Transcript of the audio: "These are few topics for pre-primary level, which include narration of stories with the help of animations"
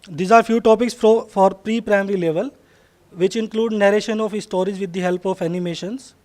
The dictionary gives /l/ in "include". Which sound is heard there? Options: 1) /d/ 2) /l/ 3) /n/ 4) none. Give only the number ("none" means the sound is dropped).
2